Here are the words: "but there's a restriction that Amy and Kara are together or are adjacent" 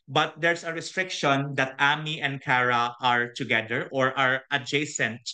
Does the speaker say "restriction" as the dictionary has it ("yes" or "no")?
yes